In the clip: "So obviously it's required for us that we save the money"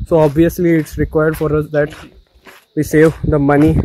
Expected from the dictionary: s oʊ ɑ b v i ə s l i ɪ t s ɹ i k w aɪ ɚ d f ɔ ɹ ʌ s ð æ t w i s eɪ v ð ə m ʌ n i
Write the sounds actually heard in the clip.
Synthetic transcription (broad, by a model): s oʊ ɑ b v i ə s l i ɪ t s ɹ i k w aɪ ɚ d f ɔ ɹ ʌ s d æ t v i s eɪ v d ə m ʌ n i